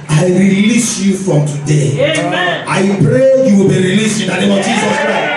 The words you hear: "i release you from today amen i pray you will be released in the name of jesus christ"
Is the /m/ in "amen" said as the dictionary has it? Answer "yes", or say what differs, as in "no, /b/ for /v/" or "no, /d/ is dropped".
no, /m/ is dropped